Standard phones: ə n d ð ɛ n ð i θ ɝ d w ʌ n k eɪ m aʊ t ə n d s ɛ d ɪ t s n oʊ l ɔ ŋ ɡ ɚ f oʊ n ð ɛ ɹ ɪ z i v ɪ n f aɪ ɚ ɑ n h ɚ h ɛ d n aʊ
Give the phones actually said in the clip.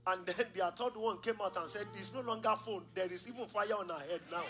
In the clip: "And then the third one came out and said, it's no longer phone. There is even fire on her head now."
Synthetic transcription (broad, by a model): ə n d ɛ n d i t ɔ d w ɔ n k eɪ m aʊ t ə n s ɛ d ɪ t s n oʊ l ɔ ŋ ɡ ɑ f oʊ n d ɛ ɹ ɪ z i v ɪ n f aɪ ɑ ɑ n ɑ h ɛ d n aʊ